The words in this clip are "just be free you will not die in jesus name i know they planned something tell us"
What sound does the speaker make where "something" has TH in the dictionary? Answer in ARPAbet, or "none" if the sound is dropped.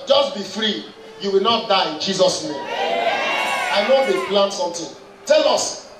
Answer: T